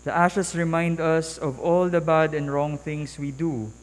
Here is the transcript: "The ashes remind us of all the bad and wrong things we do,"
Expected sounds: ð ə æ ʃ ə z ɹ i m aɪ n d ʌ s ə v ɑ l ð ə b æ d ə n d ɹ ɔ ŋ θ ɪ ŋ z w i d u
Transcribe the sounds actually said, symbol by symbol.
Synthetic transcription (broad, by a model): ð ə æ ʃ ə s ɹ i m aɪ n d ʌ s ə v ɑ l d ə b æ d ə n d ɹ ɔ ŋ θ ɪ ŋ s w i d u